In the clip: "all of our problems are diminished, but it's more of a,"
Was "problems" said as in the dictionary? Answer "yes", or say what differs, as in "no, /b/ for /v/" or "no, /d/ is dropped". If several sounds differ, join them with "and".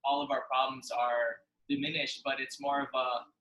yes